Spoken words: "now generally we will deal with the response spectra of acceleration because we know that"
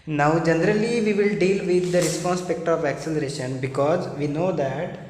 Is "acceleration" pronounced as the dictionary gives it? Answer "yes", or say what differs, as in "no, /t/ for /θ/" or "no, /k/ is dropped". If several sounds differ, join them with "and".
yes